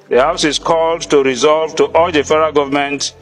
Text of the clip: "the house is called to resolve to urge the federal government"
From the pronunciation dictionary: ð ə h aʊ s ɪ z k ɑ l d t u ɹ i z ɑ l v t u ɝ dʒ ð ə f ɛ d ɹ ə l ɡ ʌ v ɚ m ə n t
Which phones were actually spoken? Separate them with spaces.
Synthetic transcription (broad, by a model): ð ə h aʊ s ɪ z k ɑ l d t u ɹ i z ɑ l v t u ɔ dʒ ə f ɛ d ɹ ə ɡ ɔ v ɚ m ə n t